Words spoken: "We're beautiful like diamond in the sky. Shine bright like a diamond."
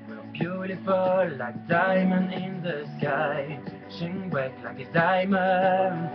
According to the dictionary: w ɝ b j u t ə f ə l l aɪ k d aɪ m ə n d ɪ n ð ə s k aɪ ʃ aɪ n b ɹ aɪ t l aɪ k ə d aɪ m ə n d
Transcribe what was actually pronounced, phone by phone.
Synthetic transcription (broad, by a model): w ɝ b j u t ə f ə l l aɪ k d aɪ m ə n ɪ n ð ə s k aɪ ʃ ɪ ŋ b aɪ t l aɪ k ə d aɪ m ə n